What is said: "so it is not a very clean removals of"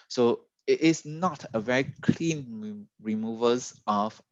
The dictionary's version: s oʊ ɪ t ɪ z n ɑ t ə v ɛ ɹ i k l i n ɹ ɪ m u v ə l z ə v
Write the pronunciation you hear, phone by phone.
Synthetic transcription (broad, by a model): s oʊ ɪ t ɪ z n ɑ t ə v ɛ ɹ i k l i n ɹ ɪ m u v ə z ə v